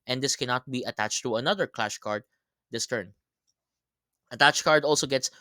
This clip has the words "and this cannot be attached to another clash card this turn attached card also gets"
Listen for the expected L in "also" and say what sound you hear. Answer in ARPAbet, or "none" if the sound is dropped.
L